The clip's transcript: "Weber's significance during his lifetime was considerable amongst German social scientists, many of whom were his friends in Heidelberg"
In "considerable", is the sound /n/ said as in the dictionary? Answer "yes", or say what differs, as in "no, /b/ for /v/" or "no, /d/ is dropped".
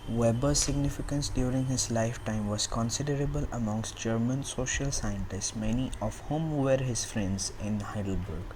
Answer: yes